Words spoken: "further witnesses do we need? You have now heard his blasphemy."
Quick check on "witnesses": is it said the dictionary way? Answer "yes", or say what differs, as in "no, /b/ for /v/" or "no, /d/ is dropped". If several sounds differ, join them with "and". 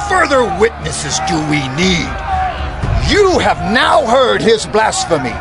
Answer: yes